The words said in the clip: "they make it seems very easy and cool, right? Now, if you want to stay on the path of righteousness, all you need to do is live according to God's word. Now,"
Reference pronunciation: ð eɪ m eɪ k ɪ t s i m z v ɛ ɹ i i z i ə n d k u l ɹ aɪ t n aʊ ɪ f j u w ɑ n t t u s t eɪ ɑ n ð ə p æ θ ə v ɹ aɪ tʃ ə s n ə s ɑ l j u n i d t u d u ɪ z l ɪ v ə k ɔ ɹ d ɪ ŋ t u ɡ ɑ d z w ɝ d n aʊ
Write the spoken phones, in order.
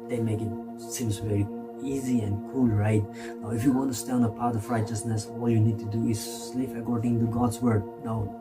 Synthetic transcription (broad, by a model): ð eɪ m eɪ k ɪ t s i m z v ɛ ɹ i i z i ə n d k u l ɹ aɪ t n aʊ ɪ f j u w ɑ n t t u s t eɪ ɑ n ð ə p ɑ t ə v ɹ aɪ tʃ ə s n ə s ɑ l j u n i d t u d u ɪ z l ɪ p ə k ɔ ɹ d ɪ ŋ t u ɡ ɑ d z w ɝ d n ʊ